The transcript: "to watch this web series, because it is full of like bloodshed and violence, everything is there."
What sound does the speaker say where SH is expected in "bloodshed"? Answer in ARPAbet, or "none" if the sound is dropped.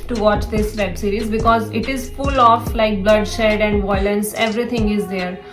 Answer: SH